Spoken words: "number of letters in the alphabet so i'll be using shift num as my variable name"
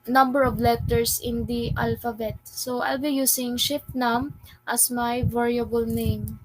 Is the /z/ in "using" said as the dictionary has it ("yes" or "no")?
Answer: no